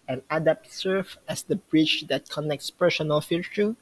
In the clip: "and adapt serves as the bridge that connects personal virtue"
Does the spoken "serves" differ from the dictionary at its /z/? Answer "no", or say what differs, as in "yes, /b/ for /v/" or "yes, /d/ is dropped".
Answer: yes, /z/ is dropped